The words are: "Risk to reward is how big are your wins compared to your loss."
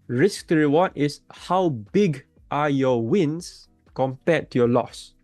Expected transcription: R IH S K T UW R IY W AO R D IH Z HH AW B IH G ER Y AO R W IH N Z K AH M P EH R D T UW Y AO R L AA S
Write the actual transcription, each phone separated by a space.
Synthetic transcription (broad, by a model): R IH S K T UW R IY W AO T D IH S HH AW B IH G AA Y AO W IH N S K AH M P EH T UW Y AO L AA S